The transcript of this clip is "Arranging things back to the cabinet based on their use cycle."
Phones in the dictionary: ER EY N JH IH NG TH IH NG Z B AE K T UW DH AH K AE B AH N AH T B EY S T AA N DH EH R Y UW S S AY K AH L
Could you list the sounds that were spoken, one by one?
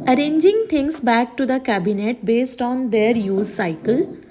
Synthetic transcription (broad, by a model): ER EY N JH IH NG T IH NG S B AE K T UW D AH K AE B AH N AH T B EY S T AA N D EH R Y UW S S AY K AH L